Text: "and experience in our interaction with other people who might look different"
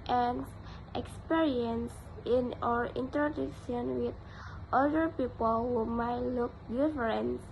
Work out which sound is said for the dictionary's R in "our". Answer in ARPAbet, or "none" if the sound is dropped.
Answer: R